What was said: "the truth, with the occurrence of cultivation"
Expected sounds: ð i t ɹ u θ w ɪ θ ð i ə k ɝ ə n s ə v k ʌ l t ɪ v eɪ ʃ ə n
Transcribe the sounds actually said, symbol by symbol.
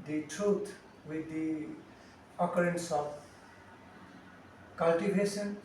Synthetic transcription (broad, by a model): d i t ɹ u t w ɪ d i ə k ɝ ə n s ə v k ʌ l t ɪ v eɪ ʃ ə n